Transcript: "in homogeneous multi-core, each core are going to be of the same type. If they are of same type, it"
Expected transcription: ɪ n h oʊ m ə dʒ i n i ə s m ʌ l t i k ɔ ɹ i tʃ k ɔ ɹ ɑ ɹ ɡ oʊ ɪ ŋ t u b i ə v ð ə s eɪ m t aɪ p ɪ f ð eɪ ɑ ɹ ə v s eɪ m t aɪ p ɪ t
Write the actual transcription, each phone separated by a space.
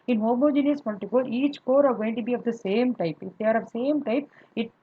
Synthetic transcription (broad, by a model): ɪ n h oʊ m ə dʒ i n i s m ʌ n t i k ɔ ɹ i tʃ k ɔ ɹ ɑ ɹ ɡ oʊ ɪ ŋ t u b i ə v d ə s eɪ m t aɪ p ɪ f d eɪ ɑ ɹ ə v s eɪ m t aɪ p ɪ t